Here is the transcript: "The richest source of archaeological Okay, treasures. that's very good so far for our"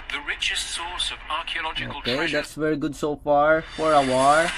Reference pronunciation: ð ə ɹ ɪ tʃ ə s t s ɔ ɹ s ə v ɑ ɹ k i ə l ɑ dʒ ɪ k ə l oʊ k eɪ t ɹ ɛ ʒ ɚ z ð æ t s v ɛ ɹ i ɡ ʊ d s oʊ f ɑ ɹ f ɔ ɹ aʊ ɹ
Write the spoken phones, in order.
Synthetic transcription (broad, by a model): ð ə ɹ ɪ tʃ ə s t s ɔ ɹ s ə v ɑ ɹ k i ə l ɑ dʒ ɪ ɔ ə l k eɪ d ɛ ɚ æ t s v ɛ ɹ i ɡ ʊ d s oʊ f ɑ ɹ f ɔ ɹ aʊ ɹ